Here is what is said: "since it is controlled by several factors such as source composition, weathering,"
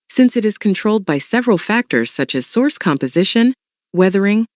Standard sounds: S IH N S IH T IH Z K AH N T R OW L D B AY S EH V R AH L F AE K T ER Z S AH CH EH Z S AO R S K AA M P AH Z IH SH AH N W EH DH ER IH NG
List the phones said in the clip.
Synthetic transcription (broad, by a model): S IH N S IH T IH Z K N T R OW L D B AY S EH V R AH L F AE K T ER Z S AH CH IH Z S AO R S K AA M P AH Z IH SH AH N W EH DH ER IH NG